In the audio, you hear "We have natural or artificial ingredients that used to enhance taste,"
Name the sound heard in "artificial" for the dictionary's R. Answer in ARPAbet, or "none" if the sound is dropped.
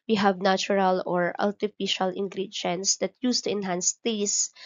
L